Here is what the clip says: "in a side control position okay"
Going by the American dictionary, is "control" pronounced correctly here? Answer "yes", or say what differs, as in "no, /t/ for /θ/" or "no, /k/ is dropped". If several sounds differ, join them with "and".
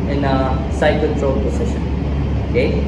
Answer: no, /l/ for /n/